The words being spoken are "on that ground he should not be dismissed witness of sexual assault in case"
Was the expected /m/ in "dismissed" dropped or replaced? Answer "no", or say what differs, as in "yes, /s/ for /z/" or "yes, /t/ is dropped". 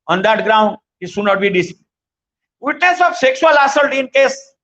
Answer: yes, /m/ is dropped